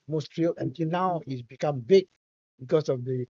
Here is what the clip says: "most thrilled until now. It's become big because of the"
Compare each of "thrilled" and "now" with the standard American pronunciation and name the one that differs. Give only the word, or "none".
thrilled